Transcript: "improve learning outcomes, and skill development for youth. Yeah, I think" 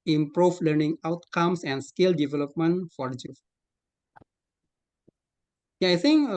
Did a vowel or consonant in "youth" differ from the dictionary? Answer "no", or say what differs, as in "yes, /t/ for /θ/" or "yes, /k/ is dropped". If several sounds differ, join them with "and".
yes, /f/ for /θ/